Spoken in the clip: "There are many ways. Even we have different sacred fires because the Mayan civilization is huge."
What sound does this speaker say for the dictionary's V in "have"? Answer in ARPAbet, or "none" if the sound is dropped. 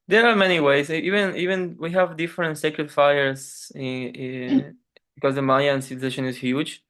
V